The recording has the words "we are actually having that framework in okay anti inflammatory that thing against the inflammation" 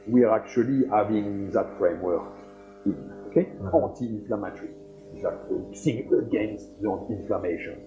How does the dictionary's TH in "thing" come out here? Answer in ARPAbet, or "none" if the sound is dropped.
S